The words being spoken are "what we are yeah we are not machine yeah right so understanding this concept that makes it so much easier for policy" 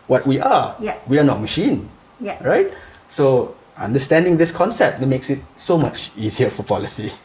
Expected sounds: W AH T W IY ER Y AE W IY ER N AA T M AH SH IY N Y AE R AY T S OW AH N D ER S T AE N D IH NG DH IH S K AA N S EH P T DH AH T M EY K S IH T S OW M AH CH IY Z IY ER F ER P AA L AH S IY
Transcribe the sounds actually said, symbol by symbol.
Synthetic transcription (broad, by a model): W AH T W IY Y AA W IY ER N AA T M AH SH IY N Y R AY T S OW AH N D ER S T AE N D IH NG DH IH S K AA N S EH P T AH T M EY K S IH T S OW M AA CH IY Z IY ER F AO P AA L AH S IY